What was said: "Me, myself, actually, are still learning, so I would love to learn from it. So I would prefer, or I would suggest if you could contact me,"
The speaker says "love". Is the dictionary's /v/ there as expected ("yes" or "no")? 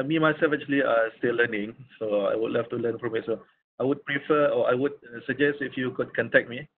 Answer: no